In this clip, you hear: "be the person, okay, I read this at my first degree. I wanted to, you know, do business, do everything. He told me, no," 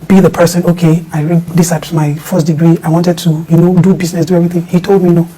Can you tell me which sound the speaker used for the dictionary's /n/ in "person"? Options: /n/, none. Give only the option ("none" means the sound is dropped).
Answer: /n/